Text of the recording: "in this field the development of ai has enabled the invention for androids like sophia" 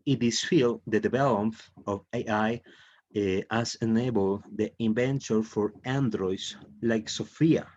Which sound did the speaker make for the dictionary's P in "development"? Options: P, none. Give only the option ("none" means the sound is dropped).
none